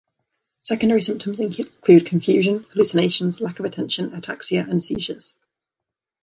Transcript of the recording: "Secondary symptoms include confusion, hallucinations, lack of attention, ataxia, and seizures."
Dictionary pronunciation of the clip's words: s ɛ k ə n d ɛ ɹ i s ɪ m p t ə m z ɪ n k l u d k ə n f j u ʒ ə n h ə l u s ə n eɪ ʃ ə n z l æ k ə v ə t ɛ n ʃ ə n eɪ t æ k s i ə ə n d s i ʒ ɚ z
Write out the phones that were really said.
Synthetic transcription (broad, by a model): s ɛ k ə n d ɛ ɹ i s ɪ m p t ə m z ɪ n k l u d k ə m f j u ʒ ə n h ə l u s ə n eɪ ʃ ə n z l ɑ k ə v ə t ɛ n ʃ ə n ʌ t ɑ k s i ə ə n s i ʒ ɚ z